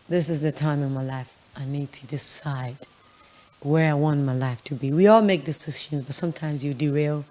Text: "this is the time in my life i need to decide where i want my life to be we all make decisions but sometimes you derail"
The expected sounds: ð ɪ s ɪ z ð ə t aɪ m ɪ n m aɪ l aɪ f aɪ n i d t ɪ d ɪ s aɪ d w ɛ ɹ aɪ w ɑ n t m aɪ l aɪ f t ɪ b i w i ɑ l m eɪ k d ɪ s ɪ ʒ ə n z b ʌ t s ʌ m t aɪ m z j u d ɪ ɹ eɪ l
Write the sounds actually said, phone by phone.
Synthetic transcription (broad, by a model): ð ɪ s ɪ z ð ə t aɪ m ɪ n m aɪ l aɪ f aɪ n i d t ɪ d ɪ s aɪ d w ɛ ɹ aɪ w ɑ n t m aɪ l aɪ f t ɪ b i w i ɑ l m eɪ k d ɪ s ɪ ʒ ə n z b ʌ t s ʌ m t aɪ m z j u d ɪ ɹ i l